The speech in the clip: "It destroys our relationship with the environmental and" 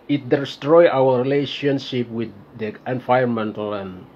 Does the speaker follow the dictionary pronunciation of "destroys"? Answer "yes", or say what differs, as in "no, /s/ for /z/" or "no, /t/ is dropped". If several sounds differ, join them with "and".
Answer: no, /z/ is dropped